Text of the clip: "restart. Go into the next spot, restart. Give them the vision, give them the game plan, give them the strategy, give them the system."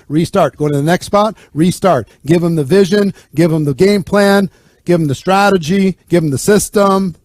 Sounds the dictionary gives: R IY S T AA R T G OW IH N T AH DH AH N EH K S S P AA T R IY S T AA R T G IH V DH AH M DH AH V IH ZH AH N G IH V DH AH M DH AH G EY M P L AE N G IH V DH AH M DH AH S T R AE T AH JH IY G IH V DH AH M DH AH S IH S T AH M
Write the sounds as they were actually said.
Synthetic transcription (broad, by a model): R IY S T AA R T G OW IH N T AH DH AH N EH K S S P AA T R IY S T AA R T G IH V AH M DH AH V IH ZH AH N G IH V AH M DH AH G EY M P L AE N G IH V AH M DH AH S T R AE T AH JH IY G IH V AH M DH AH S IH S T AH M